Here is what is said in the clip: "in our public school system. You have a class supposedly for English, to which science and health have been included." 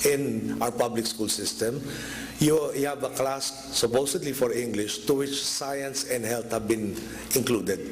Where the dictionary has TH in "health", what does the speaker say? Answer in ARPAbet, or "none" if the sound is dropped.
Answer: T